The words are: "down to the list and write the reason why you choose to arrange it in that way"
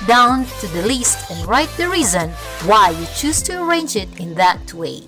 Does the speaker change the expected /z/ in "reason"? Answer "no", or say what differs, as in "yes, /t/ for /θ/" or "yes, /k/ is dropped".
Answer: no